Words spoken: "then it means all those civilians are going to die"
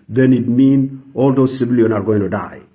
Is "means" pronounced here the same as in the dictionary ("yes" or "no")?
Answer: no